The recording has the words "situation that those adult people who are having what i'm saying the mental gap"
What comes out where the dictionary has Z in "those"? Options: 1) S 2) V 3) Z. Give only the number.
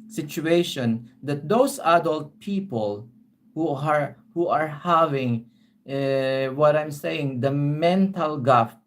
1